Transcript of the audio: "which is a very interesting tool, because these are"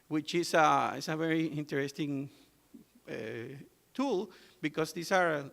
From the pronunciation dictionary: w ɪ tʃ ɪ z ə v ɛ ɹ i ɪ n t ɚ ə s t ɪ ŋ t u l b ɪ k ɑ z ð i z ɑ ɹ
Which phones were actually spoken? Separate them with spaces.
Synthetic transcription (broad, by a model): w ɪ tʃ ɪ s ə v ɛ ɹ i ɪ n t ɚ ə s t ɪ ŋ t u l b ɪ k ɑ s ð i s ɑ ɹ